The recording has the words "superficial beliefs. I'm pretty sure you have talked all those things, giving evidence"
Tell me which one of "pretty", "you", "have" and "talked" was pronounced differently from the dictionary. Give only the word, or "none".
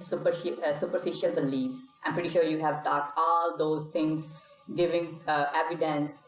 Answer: talked